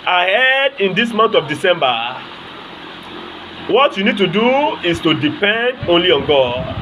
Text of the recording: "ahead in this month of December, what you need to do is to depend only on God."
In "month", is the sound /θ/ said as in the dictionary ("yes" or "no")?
no